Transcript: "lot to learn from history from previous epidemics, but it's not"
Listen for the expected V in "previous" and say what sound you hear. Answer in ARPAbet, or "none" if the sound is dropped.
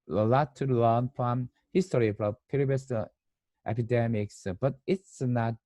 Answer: B